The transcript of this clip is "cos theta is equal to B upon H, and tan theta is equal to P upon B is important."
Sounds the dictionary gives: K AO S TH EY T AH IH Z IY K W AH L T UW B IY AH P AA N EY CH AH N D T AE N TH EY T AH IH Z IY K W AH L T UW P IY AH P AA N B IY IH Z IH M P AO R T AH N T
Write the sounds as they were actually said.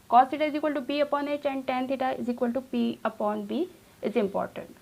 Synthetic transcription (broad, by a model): K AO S T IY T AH IH Z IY K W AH L T UW B IY AH P AA N EY CH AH N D T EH N T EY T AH IH Z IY K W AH L T UW B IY AH P AA N B IY IH Z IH M P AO R T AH N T